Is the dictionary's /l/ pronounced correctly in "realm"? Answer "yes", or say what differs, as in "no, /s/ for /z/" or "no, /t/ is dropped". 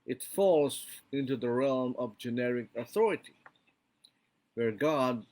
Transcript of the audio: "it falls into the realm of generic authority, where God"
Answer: yes